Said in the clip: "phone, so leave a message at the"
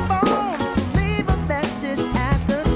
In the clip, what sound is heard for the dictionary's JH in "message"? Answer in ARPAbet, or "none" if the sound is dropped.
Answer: Z